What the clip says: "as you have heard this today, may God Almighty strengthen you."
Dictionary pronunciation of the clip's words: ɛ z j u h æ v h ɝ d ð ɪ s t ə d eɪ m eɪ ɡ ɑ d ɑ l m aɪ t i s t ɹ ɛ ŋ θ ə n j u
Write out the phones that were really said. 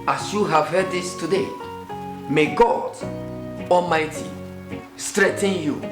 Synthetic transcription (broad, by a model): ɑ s j u h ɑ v h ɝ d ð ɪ s t ə d eɪ m eɪ ɡ ɑ d ɑ l m aɪ t i s t ɹ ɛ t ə n j u